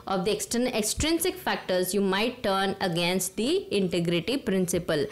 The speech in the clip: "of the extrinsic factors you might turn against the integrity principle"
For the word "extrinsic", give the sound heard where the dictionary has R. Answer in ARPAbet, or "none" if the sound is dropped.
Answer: R